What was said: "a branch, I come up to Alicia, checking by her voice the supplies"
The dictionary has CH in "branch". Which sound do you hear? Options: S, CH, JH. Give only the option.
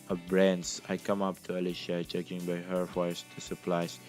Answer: S